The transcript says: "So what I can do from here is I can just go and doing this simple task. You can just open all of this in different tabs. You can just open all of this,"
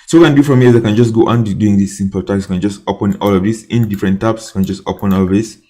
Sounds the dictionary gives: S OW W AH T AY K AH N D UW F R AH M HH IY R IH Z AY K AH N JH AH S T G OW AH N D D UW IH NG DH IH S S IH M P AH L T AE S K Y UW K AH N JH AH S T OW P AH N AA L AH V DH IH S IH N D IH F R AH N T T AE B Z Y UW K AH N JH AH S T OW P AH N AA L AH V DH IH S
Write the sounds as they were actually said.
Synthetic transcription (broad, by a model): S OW K AH N D UW F R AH M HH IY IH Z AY K AH N JH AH S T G OW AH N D D UW IH NG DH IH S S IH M P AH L T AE K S K AH N JH AH S T OW P AH N AA L AH V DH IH S IH N D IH F R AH N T T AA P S K AH N JH AH S T OW P AH N AA L AH V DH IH S